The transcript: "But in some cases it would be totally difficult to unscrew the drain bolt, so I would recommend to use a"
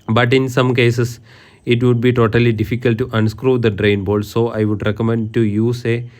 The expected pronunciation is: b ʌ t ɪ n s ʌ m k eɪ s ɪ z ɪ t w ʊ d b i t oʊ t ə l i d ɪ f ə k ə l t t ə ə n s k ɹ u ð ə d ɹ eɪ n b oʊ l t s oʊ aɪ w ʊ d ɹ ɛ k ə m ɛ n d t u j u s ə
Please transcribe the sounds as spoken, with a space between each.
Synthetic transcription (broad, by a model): b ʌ t ɪ n s ʌ m k eɪ s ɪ s ɪ t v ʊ d b i t oʊ t ə l i d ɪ f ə k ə l t t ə ə n s k ɹ u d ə d ɹ eɪ n b oʊ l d s oʊ aɪ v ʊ d ɹ ɛ k ə m ɛ n d t u j u s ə